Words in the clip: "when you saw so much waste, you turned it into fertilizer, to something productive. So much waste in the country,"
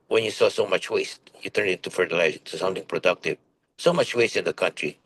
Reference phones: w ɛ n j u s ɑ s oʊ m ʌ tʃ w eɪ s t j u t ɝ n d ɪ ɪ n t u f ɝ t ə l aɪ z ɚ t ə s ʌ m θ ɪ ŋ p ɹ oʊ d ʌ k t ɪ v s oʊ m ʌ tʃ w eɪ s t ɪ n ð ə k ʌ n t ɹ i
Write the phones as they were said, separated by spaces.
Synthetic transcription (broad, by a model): w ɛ n j u s ɑ s oʊ m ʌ tʃ w eɪ s t j u t ɝ n d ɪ ɪ n t u f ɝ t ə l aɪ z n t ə s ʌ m t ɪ ŋ p ɹ oʊ d ʌ k t ɪ v s oʊ m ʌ tʃ w eɪ s t ɪ n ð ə k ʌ n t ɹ i